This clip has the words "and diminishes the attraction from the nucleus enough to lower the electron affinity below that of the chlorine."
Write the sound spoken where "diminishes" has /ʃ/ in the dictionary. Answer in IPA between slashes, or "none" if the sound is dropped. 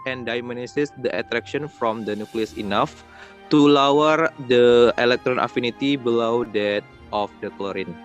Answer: /s/